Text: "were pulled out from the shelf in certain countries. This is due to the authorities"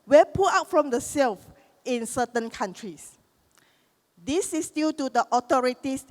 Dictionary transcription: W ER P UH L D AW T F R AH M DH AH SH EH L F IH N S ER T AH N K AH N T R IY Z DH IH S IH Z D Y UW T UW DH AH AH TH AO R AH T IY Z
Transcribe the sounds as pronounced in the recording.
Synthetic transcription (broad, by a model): W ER P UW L AW T F R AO M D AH S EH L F IH N S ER T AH N K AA N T R IY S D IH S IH S D Y UW T UW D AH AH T AO R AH T IY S